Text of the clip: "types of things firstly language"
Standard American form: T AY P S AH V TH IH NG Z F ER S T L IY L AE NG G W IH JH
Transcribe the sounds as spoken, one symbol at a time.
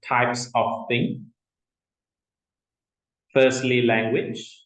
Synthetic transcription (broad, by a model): T AY P S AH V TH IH NG F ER S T L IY L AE NG G W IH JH